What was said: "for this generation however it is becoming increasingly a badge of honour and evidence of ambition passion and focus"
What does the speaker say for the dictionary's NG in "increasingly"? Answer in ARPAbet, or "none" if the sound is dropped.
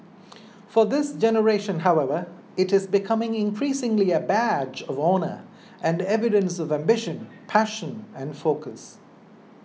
NG